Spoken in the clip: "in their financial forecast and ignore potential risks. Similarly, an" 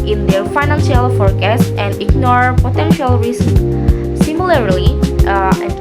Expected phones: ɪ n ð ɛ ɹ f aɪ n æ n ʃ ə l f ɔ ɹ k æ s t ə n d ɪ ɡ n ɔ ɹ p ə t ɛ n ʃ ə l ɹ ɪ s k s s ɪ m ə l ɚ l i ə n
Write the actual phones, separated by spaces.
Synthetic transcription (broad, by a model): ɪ n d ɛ ɹ f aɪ n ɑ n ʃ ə l f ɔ ɹ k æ s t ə n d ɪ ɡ n ɔ ɹ p ə t ɛ n ʃ ə l ɹ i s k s s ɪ m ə l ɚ l i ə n